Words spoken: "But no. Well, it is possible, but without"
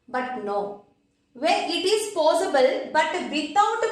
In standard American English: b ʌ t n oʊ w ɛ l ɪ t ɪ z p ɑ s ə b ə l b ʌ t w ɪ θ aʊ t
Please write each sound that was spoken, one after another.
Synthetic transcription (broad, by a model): b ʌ t n oʊ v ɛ n ɪ t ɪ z p ɑ s ə b ə l b ʌ t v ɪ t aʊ t